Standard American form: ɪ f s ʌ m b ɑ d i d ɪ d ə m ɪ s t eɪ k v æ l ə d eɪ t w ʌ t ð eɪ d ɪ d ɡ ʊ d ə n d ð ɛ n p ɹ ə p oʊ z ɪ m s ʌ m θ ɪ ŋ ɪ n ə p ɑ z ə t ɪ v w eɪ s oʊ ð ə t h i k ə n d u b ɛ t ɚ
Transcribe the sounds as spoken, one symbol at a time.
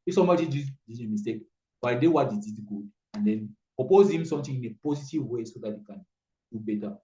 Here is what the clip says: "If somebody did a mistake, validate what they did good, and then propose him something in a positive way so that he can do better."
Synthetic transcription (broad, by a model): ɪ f s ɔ m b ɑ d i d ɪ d ə m ɪ s t eɪ k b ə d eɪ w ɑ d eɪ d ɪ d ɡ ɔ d ə n d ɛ n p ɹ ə p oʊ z ɪ m s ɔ m t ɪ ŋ ɪ n ə p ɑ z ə t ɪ v w eɪ s oʊ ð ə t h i k ə n d u b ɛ t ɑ